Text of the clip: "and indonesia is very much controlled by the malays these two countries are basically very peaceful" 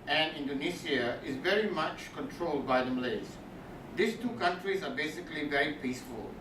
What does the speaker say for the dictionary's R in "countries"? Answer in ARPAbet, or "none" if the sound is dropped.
R